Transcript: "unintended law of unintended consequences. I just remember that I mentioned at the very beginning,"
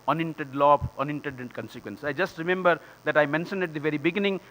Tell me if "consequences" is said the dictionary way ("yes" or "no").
no